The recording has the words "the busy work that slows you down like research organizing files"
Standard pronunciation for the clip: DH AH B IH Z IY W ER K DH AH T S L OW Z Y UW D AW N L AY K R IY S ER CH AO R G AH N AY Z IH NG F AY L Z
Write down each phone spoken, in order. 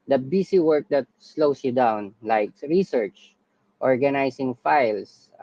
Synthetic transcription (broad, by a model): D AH B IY S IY W ER K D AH T S L OW S Y UW D AW N L AY K R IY S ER CH AO R G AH N AY S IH NG F AY L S